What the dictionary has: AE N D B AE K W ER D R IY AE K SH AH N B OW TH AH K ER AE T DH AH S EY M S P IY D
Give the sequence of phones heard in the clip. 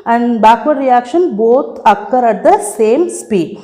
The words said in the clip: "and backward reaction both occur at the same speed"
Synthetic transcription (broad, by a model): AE N D B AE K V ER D R IY AE K SH AH N B OW T AH K ER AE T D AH S EY M S P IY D